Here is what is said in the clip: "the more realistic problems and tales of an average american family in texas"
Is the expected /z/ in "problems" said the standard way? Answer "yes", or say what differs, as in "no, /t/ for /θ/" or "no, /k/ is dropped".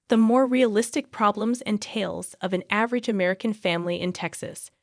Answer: yes